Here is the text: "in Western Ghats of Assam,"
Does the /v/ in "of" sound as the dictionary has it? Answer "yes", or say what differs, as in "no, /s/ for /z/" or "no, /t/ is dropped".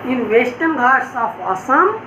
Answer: no, /p/ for /v/